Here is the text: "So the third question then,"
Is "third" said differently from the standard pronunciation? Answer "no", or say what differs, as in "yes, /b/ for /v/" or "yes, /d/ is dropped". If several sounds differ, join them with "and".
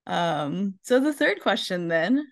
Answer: no